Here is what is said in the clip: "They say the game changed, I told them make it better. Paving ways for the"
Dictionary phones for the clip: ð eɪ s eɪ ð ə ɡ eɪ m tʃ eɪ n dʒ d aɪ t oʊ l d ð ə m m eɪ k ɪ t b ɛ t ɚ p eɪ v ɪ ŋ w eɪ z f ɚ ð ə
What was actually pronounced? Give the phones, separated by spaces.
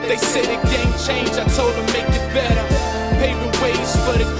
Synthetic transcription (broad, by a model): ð eɪ s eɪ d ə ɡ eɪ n tʃ eɪ n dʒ aɪ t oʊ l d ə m m eɪ k ɪ t b ɛ t ɚ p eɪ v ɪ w eɪ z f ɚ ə